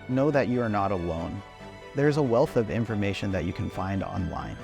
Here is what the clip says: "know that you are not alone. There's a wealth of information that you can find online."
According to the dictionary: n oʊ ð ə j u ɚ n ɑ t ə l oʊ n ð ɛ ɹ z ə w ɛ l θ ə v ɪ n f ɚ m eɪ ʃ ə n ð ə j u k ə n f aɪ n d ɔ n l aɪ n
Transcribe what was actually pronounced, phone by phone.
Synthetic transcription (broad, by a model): n oʊ ð ə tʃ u ɚ n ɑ t ə l oʊ n ð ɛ ɹ z ə w ɛ l θ ə v ɪ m f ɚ m eɪ ʃ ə n ð ə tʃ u k ə n f aɪ n d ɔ n l aɪ n